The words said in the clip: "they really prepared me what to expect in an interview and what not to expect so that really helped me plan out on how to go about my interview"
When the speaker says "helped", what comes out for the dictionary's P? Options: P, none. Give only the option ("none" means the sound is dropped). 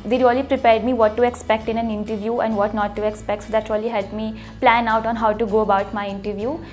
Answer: none